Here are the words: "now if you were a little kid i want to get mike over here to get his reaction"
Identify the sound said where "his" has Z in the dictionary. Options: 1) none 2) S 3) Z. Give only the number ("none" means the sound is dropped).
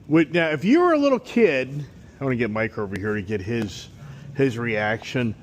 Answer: 3